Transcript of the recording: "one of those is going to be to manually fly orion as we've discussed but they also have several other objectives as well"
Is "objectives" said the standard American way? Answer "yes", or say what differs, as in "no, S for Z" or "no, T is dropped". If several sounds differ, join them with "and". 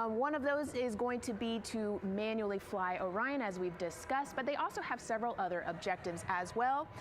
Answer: yes